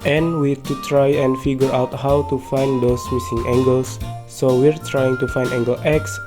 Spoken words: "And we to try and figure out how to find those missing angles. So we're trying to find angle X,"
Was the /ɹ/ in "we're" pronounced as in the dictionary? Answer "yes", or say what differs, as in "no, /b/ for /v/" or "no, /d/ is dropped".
yes